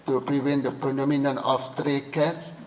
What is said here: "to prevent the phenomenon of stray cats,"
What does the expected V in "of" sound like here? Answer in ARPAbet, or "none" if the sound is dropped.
F